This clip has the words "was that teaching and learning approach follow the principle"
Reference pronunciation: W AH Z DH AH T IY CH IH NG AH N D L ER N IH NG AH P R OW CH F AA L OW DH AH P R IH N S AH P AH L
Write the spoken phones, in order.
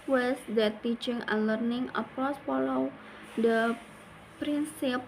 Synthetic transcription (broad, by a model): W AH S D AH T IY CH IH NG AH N L ER N IH NG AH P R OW S F AA L OW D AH P R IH N S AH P